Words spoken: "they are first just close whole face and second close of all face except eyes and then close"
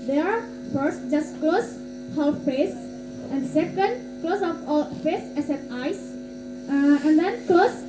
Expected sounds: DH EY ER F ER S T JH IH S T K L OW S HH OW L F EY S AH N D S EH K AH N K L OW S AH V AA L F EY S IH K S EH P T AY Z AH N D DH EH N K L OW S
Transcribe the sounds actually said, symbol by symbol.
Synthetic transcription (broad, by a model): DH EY ER F ER S T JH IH S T K L OW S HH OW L F EY S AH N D S EH K AH N K L OW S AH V AA L F EY S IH S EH T AY S AH N D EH N K L OW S